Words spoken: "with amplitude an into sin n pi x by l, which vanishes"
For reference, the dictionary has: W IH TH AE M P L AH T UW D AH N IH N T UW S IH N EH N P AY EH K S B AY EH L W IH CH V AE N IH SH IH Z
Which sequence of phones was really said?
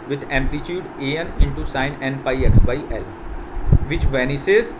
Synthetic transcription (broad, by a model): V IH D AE M P L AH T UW D AH N IH N T UW S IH N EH N P AY EH K S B AY EH L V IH CH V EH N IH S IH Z